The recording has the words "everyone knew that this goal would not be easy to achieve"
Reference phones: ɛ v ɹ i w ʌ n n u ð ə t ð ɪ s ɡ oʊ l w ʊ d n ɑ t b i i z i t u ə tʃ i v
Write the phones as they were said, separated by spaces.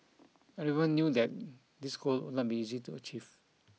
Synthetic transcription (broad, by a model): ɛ ɹ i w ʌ n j u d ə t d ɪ s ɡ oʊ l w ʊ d n ɑ t b i i z i t u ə tʃ i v